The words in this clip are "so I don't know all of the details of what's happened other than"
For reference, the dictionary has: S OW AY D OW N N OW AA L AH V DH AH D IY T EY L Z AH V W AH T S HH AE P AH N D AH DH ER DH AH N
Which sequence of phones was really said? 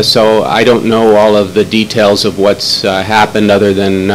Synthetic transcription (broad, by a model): S OW AY D OW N N OW AA L AH V DH AH D IY T EY L Z AH V W AH T S HH AE P AH N D AH DH ER DH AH N